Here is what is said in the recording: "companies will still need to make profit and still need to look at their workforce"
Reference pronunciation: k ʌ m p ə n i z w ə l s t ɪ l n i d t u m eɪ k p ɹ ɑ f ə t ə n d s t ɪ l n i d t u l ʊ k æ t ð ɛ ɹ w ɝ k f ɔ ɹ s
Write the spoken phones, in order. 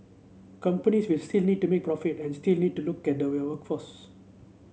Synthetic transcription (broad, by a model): k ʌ m p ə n i s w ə l s t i l n i d t u m eɪ k p ɹ ɑ f ə t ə n s t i l n i d t u l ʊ k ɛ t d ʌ w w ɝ k f ɔ s